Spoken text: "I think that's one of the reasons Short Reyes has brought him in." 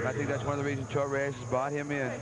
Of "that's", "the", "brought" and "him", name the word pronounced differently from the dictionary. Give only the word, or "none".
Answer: brought